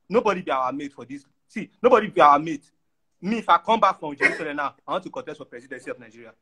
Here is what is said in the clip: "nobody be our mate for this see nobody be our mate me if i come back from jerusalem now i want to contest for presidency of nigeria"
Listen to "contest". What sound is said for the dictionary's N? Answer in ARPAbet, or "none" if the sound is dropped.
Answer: none